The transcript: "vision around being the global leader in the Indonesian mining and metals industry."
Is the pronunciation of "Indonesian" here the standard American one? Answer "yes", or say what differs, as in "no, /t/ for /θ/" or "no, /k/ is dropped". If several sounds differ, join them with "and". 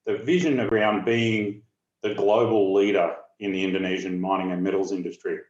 yes